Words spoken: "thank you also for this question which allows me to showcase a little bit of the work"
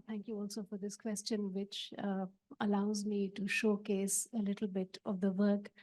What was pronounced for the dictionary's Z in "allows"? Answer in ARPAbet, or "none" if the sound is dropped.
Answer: Z